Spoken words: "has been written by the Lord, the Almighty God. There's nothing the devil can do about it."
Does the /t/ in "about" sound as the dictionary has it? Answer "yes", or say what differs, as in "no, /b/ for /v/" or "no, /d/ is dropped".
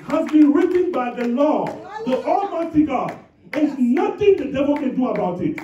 yes